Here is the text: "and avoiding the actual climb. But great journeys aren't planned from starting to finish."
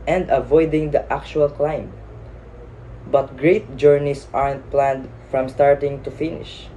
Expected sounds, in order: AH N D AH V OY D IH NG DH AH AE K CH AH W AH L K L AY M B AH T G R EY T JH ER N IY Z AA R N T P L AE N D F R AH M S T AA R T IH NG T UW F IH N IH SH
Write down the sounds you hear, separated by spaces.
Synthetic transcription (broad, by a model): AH N D AH V OY D IH NG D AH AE K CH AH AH L K L AY M B AH T G R EY T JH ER N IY S AA R N T P L AE N D F R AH M S T AA R T IH NG T UW F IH N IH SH